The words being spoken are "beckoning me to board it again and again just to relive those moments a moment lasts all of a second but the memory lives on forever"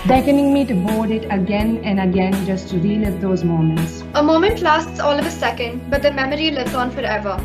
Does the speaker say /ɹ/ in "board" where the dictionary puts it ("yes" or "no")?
no